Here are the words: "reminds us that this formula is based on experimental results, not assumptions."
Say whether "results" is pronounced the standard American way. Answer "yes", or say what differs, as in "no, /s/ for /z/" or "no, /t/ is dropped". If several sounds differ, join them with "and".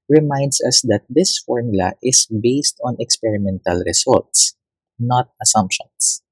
no, /s/ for /z/